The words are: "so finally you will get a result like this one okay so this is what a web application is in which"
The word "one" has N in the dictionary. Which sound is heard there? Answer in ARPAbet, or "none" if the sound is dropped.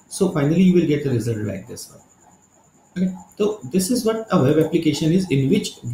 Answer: none